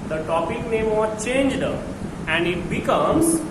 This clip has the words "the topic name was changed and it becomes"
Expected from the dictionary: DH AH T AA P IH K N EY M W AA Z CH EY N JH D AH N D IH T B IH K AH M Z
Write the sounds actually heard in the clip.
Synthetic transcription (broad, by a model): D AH T AA P IH K N EY M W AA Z CH EY N JH D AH N D IH T B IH K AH M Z